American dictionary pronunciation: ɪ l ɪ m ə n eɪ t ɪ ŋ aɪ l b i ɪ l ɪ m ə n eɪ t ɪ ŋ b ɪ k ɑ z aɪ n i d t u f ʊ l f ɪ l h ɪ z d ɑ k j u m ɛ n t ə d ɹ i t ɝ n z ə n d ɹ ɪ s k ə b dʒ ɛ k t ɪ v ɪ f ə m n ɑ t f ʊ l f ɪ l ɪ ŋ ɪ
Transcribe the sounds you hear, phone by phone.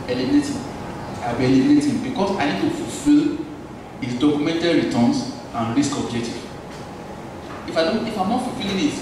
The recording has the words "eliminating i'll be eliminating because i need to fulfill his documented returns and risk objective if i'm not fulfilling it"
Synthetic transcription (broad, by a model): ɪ l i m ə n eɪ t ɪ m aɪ b i l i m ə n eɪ t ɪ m b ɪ k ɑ s aɪ n i d t u f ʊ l f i l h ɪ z d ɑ k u m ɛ n t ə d ɹ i t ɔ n s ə n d ɹ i s k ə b dʒ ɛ k t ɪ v ɪ f ə m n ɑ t f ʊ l f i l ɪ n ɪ